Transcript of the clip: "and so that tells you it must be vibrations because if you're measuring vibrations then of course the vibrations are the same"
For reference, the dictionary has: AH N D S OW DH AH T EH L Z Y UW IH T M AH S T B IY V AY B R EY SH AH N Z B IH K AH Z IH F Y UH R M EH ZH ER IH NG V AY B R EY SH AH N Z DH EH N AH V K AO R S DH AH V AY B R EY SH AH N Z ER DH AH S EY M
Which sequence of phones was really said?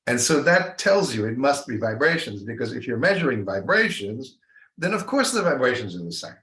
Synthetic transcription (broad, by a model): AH N S OW DH AH T EH L Z Y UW IH T M AH S T B IY V AY B R EY SH AH N Z B IH K AH Z IH F Y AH R M EH ZH ER IH NG V AY B R EY SH AH N Z DH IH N AH V K AO R S DH AH V AY B R EY SH AH N Z ER DH AH S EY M